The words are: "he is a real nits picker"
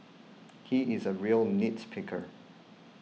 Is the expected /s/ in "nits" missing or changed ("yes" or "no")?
no